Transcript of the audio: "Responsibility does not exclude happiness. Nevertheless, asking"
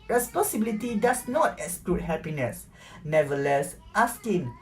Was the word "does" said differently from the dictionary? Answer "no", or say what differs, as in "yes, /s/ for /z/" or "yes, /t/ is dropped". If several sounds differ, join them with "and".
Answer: yes, /s/ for /z/